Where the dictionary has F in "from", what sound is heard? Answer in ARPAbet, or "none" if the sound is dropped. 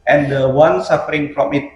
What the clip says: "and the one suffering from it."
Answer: P